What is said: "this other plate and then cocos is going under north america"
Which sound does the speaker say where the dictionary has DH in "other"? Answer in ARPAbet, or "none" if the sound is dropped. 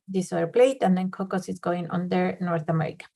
none